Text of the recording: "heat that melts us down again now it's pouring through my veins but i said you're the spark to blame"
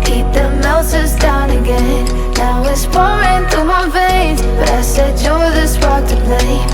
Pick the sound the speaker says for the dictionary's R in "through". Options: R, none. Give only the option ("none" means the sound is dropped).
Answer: none